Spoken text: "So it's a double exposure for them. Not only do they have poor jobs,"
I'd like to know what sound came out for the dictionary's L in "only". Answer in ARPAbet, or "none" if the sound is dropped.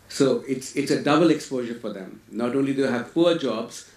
L